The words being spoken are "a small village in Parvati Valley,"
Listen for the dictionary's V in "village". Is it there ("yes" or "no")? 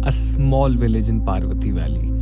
yes